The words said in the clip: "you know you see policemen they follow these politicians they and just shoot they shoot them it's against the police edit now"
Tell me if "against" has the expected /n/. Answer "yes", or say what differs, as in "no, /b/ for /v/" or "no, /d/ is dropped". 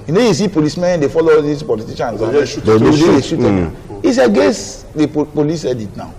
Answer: no, /n/ is dropped